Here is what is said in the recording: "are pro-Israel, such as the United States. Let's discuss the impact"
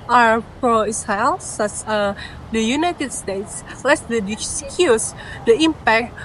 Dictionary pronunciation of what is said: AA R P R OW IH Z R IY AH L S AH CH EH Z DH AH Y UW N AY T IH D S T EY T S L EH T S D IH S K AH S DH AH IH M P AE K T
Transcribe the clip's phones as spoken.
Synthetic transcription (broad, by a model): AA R P R OW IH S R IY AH L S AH S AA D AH Y UW N AY T IH D S T EY T S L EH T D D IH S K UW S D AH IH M P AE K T